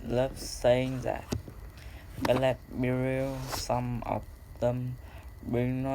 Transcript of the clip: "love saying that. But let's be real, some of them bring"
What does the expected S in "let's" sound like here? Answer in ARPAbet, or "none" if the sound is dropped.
none